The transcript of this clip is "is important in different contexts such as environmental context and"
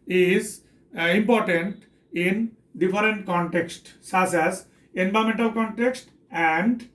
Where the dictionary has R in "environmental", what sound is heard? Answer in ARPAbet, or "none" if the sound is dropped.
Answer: none